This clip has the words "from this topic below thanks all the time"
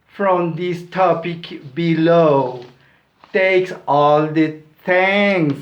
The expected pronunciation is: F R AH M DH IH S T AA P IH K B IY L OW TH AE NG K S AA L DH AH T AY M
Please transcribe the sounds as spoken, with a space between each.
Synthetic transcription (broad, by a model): F R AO M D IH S T AA P IH K B IY L OW T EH K S AA L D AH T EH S